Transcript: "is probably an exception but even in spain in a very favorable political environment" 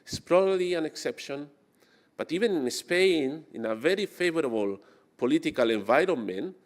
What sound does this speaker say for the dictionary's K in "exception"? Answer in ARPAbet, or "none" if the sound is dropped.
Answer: K